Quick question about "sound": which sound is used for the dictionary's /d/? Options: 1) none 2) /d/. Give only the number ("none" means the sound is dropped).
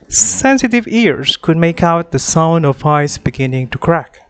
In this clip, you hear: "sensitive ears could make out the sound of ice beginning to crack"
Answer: 2